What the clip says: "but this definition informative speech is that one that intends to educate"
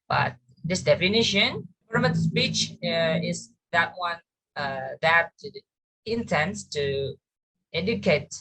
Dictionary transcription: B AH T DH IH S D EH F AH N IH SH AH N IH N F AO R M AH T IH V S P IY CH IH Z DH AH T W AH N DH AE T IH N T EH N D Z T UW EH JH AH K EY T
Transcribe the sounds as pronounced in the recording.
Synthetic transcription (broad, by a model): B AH T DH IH S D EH F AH N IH SH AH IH N P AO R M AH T S P IY CH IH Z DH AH T W AH N DH AE T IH N T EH N D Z T UW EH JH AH K EY T